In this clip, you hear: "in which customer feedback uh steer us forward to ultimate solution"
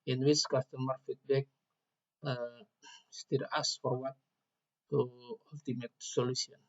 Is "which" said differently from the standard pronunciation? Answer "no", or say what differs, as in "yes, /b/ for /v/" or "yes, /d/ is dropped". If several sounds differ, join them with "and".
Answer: yes, /s/ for /tʃ/